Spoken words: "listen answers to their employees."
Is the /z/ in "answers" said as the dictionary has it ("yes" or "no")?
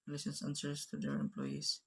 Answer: no